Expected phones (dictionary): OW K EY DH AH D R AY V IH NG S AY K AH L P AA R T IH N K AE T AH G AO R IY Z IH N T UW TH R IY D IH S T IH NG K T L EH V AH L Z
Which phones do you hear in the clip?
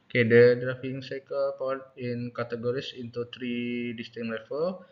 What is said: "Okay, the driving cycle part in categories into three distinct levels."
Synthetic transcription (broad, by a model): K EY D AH D R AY F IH NG S AY K AH L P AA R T IH N K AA T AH G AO R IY S IH N T UW T R IY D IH S T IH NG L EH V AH L